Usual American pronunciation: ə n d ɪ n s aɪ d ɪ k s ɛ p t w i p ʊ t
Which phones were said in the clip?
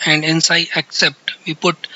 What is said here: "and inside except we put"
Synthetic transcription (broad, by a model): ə n d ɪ n s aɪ ɪ k s ɛ p t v i p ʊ t